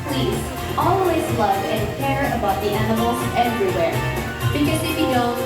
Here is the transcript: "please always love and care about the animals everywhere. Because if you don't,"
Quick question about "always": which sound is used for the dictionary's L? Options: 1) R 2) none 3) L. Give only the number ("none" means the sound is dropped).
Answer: 3